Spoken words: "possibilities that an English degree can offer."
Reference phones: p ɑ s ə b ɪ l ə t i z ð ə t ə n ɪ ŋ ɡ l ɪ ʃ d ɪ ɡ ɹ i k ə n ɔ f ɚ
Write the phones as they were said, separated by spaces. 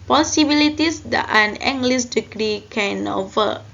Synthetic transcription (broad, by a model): p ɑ s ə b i l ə t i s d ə t ə n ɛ ŋ ɡ l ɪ s d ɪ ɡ ɹ i k ə n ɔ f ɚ